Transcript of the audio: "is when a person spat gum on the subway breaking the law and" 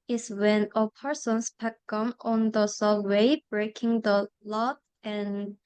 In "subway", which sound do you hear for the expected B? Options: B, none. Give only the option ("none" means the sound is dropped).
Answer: none